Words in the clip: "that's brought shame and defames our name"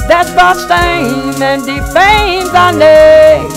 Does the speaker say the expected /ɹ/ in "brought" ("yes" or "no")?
no